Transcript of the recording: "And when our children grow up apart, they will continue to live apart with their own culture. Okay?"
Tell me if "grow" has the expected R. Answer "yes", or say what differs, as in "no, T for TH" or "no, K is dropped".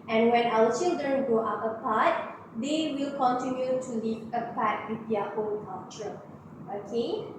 no, R is dropped